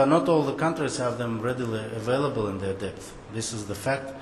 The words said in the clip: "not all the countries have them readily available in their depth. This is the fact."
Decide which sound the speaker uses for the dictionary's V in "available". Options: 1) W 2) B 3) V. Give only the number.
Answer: 3